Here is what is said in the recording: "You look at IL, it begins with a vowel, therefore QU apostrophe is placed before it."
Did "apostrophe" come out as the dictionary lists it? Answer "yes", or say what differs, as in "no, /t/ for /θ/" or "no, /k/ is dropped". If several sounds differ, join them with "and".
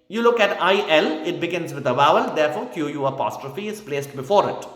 yes